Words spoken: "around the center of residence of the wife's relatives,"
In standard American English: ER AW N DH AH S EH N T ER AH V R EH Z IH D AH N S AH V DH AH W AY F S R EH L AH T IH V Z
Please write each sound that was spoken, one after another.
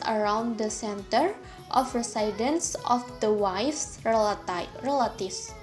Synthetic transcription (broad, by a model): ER AW N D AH S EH N T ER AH F R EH S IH D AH N S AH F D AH W AY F S R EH L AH T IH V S